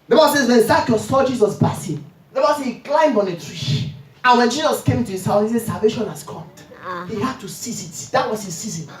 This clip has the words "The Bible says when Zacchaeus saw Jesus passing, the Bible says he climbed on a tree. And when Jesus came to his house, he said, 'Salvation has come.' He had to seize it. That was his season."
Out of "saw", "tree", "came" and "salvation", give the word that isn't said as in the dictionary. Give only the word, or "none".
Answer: none